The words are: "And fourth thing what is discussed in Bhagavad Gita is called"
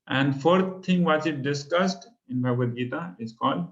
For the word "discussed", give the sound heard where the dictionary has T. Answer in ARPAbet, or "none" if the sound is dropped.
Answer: T